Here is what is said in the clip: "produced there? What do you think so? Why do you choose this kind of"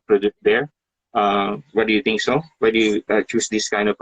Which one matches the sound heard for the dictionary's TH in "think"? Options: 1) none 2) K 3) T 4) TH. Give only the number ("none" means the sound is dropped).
3